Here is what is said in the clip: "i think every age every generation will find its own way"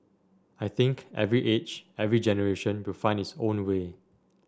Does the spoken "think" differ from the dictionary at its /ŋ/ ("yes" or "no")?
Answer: no